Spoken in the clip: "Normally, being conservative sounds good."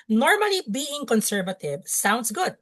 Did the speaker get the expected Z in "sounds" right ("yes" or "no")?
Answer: no